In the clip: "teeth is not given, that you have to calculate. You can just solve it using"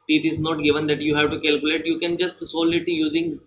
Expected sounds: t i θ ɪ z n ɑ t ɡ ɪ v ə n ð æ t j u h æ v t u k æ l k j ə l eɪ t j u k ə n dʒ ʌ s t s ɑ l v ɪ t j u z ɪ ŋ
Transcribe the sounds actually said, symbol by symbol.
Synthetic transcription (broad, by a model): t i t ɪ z n ɑ t ɡ ɪ v ə n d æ t j u h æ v t u k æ l k j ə l eɪ t j u k ə n dʒ ʌ s t s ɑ l ɪ t j u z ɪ ŋ